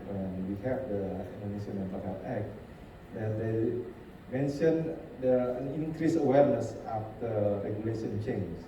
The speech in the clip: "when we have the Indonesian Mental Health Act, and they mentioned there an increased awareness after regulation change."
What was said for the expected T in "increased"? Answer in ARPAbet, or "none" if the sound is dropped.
none